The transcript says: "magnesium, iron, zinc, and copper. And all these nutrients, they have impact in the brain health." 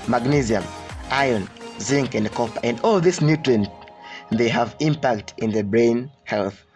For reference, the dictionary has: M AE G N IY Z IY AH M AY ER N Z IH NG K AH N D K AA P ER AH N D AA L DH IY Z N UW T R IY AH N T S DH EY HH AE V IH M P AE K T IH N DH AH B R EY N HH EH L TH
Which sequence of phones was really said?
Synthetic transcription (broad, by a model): M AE G N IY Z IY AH M AY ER N Z IH NG K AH N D K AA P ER AH N D AA L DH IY S N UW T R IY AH N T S DH EY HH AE V IH M P AE K T IH N DH AH B R EY N HH EH L TH